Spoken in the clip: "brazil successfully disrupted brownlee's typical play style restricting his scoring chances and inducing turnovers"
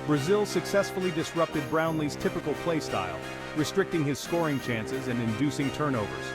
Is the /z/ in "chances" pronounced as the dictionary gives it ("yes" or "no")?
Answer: yes